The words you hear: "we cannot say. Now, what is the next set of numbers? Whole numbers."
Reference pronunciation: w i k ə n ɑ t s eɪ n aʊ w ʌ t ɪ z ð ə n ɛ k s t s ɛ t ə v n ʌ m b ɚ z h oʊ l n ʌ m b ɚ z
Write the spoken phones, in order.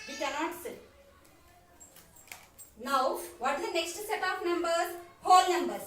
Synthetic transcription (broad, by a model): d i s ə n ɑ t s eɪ n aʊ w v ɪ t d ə n ɛ k s t s ɛ t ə p n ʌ m b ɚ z h oʊ l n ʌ m b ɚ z